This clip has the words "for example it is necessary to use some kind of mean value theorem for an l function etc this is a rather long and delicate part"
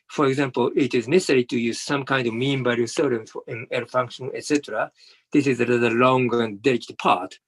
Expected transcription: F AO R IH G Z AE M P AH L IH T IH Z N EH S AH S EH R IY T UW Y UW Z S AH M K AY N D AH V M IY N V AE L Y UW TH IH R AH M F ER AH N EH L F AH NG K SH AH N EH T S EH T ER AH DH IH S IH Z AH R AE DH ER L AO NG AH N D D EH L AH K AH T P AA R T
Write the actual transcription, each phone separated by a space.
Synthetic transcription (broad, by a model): F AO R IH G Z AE M P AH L IH T IH Z N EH S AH S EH R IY T UW Y UW Z S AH M K AY N D AH V M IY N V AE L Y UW S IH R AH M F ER AH N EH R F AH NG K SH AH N EH T S EH T ER AH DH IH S IH Z AH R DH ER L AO NG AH N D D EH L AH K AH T P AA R T